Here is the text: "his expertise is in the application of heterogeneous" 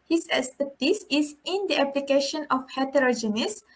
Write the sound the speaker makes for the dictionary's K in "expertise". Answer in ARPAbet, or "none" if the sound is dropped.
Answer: none